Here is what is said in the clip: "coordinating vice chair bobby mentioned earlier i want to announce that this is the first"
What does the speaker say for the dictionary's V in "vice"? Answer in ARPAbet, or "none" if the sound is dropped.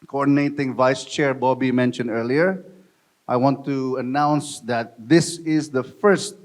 V